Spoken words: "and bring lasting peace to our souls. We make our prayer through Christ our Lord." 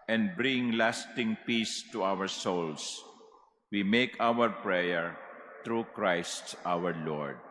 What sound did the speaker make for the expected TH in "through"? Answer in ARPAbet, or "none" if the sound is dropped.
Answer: T